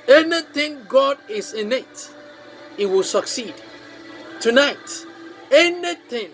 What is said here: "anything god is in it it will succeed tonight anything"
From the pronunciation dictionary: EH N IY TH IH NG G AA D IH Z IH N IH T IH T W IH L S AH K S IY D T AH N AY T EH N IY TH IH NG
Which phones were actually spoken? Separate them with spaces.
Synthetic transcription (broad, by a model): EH N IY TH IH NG G AA D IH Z IH N IH T IH T W IH L S AH K S IY D T AH N AY T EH N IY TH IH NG